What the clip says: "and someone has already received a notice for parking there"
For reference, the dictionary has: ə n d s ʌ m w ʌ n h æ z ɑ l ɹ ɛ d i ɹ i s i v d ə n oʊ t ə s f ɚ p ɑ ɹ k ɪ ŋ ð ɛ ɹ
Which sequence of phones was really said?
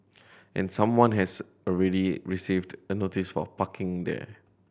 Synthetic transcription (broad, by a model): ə n s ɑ m w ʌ n h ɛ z ɑ l ɹ ɛ d i ɹ i s i v d ə n oʊ t ə s f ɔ p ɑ k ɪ ŋ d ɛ